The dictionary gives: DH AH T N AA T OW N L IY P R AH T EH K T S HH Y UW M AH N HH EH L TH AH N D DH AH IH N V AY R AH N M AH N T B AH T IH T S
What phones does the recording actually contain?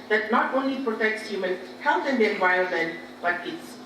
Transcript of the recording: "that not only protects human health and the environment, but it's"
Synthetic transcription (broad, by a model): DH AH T N AA T OW N L IY P R AH T EH K T S HH Y UW M AH N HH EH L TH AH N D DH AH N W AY AH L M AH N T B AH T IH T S